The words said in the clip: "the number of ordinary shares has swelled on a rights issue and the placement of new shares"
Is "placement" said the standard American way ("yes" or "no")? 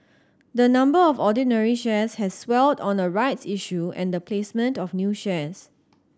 yes